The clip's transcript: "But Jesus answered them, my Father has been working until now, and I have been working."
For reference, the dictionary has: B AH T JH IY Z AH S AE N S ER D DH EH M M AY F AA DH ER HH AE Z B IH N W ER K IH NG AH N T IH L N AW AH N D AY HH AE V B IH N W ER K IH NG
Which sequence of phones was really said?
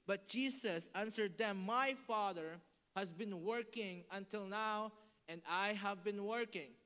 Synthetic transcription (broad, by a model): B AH T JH IY S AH S AE N S ER D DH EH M M AY F AA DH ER HH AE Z B IH N W ER K IH NG AH N T IH L N AW AH N D AY HH AE V B IH N W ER K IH NG